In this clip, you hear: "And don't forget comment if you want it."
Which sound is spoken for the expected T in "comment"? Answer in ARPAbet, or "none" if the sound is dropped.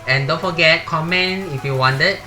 none